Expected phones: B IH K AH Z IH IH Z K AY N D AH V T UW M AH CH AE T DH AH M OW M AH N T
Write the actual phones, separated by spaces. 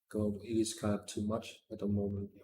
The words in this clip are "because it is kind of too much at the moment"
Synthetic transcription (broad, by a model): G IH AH IH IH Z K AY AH P T UW M AH CH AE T DH AH M OW M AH N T